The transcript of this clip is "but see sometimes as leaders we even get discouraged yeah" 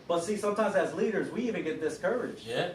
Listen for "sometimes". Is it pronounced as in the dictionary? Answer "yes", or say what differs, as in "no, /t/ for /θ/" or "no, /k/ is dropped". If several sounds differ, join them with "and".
yes